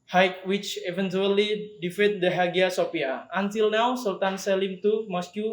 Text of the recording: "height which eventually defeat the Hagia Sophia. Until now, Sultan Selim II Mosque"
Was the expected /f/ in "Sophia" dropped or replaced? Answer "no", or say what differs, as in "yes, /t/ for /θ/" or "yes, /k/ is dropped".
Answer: yes, /p/ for /f/